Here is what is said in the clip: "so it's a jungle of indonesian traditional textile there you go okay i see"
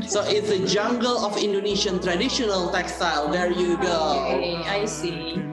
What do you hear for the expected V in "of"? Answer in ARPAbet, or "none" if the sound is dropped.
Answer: F